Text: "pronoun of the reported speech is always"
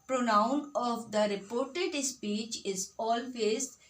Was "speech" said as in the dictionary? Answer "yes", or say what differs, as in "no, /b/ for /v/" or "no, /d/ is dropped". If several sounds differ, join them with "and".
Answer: yes